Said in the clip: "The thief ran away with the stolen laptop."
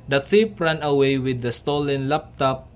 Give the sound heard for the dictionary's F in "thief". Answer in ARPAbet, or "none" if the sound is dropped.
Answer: P